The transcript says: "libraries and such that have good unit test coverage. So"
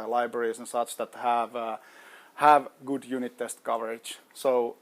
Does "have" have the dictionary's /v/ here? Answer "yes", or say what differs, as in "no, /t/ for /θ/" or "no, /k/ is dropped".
yes